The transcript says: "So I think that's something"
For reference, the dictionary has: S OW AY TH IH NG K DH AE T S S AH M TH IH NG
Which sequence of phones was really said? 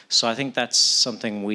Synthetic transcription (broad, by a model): S OW AY TH IH NG K DH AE T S S AH M TH IH NG